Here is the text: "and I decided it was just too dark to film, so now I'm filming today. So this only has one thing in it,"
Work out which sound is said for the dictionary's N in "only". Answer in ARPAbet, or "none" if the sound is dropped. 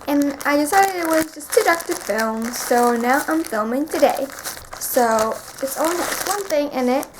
none